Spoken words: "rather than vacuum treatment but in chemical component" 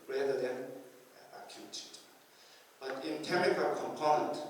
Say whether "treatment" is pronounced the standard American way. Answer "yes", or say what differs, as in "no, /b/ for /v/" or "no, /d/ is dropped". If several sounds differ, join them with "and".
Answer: no, /ɹ/ is dropped and /n/ is dropped